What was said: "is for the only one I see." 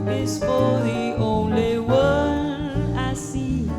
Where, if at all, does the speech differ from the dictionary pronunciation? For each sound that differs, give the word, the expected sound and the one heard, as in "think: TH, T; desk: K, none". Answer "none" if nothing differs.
one: N, none